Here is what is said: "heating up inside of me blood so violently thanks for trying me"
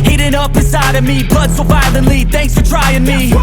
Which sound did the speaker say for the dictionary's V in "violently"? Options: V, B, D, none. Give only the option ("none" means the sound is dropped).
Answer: B